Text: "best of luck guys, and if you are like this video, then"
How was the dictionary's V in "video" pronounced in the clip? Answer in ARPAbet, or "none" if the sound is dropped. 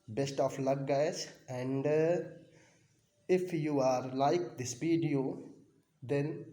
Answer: P